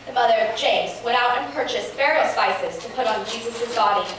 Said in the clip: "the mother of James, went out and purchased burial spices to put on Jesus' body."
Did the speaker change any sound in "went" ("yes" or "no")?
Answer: yes